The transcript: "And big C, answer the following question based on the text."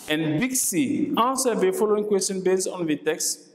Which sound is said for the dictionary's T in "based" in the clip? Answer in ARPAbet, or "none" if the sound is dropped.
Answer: none